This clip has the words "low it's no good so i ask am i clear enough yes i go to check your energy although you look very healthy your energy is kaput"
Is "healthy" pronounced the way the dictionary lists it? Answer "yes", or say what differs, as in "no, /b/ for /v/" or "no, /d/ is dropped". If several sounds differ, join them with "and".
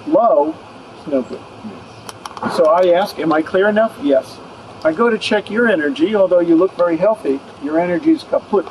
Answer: yes